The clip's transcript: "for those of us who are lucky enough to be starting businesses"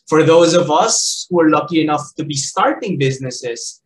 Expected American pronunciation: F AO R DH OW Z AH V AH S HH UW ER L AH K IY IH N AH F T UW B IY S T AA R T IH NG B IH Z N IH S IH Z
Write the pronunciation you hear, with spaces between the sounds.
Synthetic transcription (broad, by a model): F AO R DH OW Z AH V AH S HH UW ER L AH K IY IH N AH F T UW B IY S T AA R T IH NG B IH Z N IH S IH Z